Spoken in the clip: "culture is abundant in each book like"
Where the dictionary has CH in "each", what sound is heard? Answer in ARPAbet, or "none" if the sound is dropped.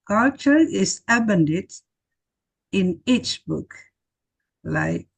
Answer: CH